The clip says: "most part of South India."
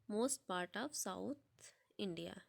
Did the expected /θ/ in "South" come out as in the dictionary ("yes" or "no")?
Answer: no